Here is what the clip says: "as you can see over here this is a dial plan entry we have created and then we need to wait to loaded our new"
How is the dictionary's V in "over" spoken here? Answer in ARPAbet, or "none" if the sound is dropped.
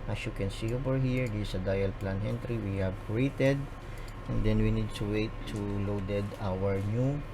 P